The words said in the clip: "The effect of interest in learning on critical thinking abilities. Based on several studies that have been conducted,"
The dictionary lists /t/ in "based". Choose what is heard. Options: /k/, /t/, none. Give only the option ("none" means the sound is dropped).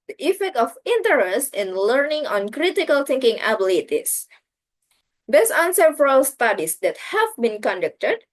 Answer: none